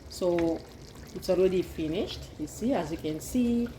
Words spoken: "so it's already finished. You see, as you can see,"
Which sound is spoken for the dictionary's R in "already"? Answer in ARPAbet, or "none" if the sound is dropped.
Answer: L